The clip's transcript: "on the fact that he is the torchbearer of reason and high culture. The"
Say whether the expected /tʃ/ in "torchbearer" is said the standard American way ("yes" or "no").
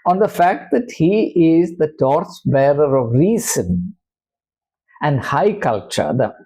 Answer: no